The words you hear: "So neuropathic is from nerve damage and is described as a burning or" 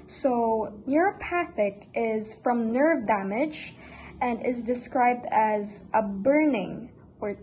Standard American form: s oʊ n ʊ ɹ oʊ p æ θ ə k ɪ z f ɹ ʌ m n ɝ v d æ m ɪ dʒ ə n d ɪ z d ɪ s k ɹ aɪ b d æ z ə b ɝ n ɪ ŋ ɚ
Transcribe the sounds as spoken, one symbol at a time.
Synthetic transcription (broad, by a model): s oʊ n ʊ ɹ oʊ p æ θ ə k ɪ z f ɹ ʌ m n ɝ v d æ m ɪ dʒ ə n d ɪ z d ɪ s k ɹ aɪ b d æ z ə b ɝ n ɪ ŋ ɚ